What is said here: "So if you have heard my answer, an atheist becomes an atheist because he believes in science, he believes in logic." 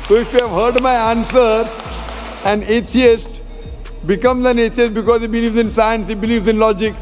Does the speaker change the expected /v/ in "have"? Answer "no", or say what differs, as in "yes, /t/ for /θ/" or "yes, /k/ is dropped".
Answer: no